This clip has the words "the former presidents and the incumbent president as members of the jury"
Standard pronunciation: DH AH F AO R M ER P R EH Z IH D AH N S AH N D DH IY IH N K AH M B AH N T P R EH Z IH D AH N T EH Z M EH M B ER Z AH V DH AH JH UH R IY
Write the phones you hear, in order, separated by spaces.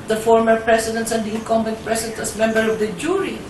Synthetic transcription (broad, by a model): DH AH F AO R M ER P R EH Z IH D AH N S AH N D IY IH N K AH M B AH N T P R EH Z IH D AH N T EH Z M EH M B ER AH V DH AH JH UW R IY